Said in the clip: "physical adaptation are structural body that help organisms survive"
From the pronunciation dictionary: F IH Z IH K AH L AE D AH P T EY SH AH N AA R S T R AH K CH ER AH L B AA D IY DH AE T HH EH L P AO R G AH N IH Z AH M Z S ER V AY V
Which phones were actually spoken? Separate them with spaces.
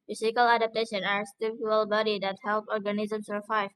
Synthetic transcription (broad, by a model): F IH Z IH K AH L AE D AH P T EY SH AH N AA R S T IH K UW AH L B AA D IY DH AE T HH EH L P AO R G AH N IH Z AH M S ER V AY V